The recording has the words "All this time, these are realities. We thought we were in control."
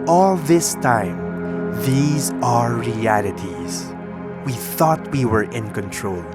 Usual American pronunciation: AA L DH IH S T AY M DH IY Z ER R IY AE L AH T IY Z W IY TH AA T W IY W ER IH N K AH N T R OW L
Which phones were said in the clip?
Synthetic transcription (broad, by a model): AA L DH IH S T AY M DH IY Z ER R IY AE L AH T IY Z W IY TH AA T W IY W ER IH N K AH N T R OW L